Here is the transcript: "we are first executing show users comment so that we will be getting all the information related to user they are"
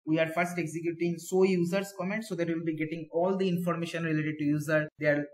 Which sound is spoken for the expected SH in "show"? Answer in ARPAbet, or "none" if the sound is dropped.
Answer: S